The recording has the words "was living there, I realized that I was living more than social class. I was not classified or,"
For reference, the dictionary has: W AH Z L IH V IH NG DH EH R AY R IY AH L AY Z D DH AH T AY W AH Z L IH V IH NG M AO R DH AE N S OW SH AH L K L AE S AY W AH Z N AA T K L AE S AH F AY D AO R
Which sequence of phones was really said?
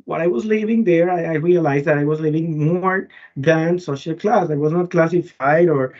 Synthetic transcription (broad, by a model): W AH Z L IH V IH NG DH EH R AY R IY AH L AY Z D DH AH T AY W AH Z L IH V IH NG M AO R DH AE N S OW SH AH L K L AE S AY W AH Z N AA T K L AE S AH F AY D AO R